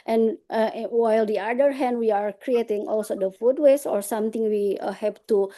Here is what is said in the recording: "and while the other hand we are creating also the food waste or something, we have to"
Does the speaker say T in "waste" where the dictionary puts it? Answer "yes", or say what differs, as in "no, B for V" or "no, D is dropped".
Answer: no, T is dropped